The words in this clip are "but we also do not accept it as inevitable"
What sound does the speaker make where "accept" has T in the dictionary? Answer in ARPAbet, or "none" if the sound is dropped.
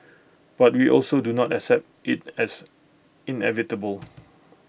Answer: T